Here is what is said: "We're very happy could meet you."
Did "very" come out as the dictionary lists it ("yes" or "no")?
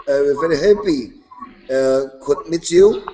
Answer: yes